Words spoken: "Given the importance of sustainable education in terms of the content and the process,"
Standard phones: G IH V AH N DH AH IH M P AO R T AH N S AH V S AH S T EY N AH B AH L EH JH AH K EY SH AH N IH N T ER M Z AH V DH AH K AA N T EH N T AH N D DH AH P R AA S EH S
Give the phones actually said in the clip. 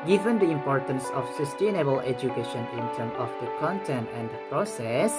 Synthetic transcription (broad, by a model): G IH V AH N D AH IH M P AO R T AH N S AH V S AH S T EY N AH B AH L EH JH AH K EY SH AH N IH N T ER M AH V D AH K AA N T EH N T AH N D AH P R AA S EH S